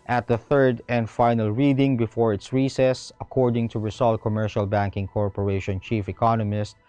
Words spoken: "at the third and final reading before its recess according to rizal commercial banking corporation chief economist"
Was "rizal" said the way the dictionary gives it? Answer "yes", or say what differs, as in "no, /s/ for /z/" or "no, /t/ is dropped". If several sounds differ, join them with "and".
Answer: no, /s/ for /z/